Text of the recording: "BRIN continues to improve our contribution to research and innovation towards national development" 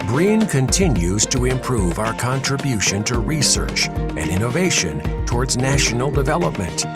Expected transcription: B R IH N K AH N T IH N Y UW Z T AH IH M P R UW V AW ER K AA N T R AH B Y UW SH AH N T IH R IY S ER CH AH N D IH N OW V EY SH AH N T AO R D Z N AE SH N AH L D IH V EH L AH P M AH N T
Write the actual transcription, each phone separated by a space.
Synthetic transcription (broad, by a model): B R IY N K AH N T IH N Y UW Z T AH IH M P R UW V AW ER K AA N T R AH B Y UW SH AH N T IH R IY S ER CH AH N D IH N OW V EY SH AH N T AO R D Z N AE SH N L D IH V EH L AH P M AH N T